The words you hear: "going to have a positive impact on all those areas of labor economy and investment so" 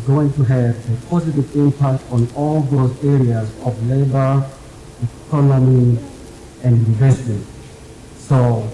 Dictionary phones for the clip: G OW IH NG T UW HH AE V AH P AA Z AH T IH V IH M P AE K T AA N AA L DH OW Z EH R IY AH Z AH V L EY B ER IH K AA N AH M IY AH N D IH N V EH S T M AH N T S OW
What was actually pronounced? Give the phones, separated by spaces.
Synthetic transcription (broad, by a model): G OW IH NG T UW HH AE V AH P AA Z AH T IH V IH M P AE K T AA N AA L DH OW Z EH R IY AH Z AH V L EY B ER IH K AA N AH M IY AH N D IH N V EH S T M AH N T S OW